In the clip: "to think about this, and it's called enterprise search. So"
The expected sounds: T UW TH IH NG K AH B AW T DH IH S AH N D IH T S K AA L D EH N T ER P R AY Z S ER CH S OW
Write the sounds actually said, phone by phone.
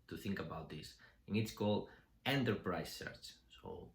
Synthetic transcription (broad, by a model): T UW TH IH NG K AH B AW T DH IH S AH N IH T S K AA L D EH N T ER P R AY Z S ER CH S OW